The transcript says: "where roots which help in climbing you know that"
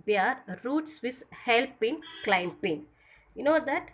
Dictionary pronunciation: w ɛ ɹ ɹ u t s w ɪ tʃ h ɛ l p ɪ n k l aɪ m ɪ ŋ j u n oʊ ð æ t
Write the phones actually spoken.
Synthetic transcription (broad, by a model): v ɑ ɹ ɹ u t s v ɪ s h ɛ l p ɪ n k l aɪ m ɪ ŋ j u n oʊ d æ t